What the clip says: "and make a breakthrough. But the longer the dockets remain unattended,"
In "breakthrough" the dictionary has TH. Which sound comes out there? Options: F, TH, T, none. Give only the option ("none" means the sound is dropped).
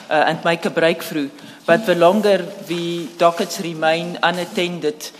F